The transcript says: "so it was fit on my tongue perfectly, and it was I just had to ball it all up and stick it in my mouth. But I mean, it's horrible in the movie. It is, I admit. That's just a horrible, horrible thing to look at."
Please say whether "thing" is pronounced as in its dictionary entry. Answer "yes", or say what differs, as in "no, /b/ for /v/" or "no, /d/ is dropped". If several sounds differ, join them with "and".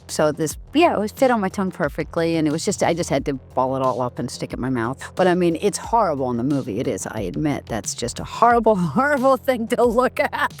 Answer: yes